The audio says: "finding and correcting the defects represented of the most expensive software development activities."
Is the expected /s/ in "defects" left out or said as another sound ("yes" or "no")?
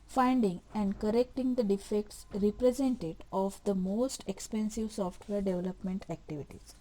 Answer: no